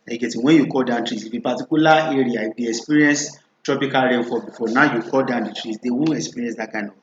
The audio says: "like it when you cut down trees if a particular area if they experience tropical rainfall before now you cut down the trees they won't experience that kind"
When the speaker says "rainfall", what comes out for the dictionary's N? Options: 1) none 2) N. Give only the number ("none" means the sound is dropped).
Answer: 1